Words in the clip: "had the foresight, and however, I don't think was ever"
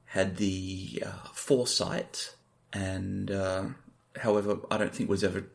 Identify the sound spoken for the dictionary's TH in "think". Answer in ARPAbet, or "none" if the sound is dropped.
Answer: TH